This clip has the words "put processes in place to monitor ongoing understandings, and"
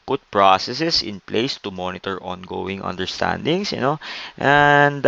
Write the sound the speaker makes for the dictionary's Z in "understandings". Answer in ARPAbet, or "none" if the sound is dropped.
S